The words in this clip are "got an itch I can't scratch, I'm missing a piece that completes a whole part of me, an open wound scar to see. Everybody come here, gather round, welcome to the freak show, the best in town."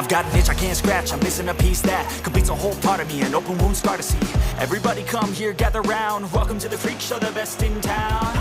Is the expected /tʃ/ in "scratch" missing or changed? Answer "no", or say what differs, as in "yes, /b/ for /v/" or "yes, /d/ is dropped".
no